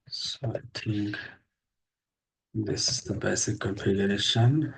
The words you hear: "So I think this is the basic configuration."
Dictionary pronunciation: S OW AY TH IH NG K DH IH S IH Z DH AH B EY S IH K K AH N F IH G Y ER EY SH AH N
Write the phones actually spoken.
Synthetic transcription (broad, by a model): S OW AY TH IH NG K DH IH S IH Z DH AH B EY S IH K K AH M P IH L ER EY SH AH N